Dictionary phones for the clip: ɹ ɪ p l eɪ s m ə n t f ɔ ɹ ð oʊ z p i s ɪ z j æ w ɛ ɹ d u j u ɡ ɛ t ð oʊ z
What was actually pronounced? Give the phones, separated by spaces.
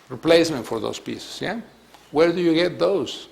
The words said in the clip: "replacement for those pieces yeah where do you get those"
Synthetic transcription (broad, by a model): ɹ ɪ p l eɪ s m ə n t f ɔ ɹ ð oʊ s p i s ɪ s j æ w ɛ ɹ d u j u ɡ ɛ t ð oʊ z